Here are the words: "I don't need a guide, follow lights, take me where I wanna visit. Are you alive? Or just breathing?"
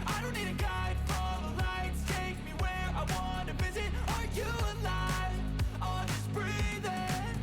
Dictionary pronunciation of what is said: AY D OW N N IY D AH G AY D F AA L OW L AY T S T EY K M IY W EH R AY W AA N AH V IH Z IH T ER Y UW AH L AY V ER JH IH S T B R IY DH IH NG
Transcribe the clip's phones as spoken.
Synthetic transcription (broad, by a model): AY D OW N N IY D AH G AY D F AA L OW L AY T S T EY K M IY W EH R AY W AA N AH V IH Z IH T ER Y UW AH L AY ER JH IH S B R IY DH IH